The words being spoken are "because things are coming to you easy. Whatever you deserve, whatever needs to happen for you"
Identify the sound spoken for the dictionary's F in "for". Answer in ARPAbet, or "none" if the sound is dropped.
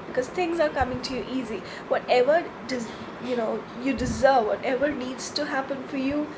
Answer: F